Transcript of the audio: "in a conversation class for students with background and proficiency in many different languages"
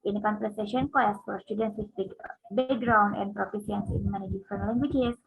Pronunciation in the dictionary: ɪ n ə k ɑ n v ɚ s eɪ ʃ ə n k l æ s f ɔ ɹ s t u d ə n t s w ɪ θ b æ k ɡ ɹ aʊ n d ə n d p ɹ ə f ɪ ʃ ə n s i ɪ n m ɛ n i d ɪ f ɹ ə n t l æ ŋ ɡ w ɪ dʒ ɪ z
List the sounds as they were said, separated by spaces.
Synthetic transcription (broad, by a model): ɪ n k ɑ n p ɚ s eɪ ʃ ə n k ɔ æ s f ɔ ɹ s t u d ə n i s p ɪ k b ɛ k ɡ ɹ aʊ n d ə n d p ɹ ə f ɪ s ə n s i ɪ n m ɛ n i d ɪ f ɹ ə n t l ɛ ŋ ɡ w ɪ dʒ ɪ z